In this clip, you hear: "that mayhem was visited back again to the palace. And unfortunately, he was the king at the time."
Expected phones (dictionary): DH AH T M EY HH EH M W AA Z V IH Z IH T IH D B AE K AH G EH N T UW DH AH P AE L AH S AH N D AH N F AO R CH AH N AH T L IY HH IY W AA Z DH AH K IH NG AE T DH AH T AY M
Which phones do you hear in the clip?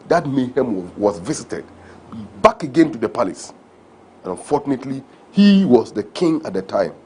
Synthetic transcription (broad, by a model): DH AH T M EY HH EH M W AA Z V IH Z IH T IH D B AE K AH G EH N T UW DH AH P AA L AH S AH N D AH N F AO R CH AH N AH T L IY HH IY W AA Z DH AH K IH NG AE T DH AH T AY M